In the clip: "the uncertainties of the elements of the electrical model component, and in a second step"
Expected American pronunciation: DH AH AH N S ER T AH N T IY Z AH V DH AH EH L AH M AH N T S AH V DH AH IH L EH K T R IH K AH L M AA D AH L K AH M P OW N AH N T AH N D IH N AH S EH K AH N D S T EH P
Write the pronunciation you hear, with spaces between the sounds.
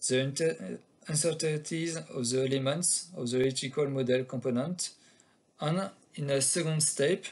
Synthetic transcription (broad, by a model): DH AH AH N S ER T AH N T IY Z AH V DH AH EH L AH M AH N T S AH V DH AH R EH T IH K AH L M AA D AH L K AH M P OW N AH N T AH N IH N AH S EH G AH N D S T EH P